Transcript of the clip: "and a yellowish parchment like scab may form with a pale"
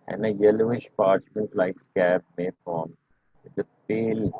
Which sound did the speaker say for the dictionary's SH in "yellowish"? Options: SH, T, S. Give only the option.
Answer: SH